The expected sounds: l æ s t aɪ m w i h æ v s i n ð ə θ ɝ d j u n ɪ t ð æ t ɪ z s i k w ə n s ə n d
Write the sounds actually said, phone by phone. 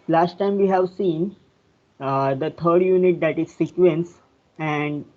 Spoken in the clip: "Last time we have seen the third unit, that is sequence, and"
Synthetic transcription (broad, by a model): l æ s t aɪ m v i h æ v s i n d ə t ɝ d j u n ɪ t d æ t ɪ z s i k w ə n s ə n d